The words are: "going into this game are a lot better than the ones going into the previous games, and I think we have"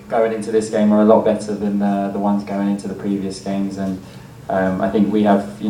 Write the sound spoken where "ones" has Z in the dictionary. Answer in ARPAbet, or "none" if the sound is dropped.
Z